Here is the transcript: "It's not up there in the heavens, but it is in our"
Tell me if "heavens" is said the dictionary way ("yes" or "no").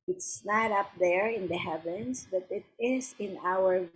no